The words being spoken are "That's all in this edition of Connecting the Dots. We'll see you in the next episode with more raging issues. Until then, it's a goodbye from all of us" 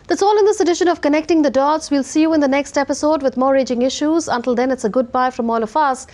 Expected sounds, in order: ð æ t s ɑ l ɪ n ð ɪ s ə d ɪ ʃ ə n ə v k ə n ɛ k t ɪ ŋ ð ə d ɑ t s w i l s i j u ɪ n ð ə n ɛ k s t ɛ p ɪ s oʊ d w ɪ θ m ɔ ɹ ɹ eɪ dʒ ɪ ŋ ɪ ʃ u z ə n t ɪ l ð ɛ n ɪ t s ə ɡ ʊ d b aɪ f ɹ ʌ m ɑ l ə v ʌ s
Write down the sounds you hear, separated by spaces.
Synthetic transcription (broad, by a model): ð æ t s ɑ l ɪ n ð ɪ s ə d ɪ ʃ ə n ə v k ə n ɛ k t ɪ ŋ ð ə d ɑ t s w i l s i j u ɪ n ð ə n ɛ k s t ɛ p ɪ s oʊ d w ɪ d m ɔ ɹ ɹ eɪ dʒ ɪ ŋ ɪ ʃ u z ə n t ɪ l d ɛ n ɪ t s ə ɡ ʊ d b aɪ f ɹ ʌ m ɑ l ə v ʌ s